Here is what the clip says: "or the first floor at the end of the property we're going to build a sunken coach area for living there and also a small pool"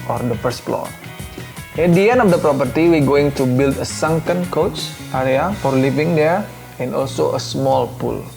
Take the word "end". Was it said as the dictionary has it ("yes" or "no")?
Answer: no